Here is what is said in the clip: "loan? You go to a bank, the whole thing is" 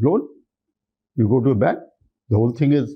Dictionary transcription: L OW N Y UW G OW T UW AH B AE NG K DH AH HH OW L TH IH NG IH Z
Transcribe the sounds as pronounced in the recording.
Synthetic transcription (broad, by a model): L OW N Y UW G OW T UW AH B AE K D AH HH OW L T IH NG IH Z